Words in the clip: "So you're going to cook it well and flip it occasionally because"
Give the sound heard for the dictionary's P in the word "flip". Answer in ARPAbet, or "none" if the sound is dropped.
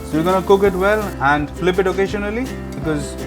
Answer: P